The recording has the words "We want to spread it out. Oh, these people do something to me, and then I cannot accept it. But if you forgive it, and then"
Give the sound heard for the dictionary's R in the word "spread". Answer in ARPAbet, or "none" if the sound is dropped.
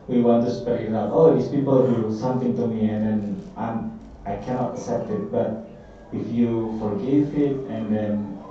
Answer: none